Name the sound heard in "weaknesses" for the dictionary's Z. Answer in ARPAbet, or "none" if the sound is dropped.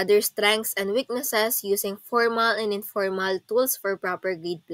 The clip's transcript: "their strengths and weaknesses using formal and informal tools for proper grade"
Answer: S